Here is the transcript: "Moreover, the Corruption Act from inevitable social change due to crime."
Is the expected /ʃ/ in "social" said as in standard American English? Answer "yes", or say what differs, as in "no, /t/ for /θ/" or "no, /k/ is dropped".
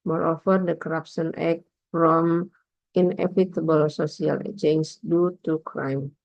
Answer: no, /s/ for /ʃ/